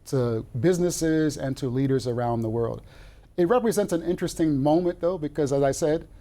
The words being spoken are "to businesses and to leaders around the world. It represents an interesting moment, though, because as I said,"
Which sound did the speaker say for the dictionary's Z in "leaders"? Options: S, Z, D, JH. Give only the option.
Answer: Z